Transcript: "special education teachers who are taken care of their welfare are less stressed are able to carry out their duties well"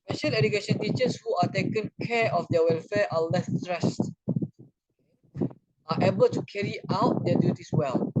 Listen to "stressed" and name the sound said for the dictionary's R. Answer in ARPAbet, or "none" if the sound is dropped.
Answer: R